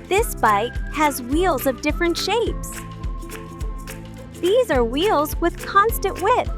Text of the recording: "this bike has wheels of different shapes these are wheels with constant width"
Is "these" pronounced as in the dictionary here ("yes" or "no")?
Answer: yes